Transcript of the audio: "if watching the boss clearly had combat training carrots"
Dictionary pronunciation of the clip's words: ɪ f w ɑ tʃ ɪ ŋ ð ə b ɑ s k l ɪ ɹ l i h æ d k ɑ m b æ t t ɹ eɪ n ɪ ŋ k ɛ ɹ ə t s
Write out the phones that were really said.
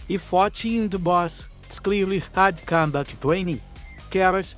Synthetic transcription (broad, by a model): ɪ f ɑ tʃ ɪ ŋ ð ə b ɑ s k l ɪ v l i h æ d k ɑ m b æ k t w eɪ n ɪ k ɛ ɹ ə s